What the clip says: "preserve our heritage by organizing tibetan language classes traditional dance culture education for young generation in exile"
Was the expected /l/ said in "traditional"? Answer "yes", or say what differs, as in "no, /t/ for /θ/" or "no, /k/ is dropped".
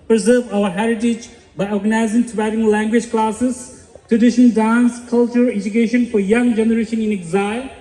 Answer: no, /n/ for /l/